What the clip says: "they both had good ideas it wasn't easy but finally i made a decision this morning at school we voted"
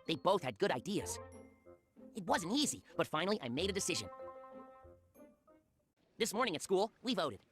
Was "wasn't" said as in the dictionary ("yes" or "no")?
yes